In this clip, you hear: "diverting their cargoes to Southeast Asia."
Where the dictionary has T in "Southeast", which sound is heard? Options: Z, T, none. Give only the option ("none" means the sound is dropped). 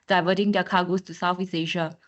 none